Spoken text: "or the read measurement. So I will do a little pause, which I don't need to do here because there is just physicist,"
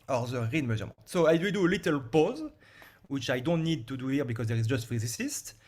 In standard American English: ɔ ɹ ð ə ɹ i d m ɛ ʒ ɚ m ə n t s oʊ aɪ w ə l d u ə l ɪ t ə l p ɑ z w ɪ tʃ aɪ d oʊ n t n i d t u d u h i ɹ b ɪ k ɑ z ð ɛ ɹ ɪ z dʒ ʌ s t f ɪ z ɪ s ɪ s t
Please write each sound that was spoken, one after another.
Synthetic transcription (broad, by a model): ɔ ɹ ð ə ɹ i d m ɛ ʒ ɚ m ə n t s oʊ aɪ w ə d u ə l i t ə l p ɑ z w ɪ tʃ aɪ d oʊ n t n i d t u d u h i ɹ b ɪ k ɑ z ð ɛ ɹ ɪ z dʒ ʌ s t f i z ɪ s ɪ s t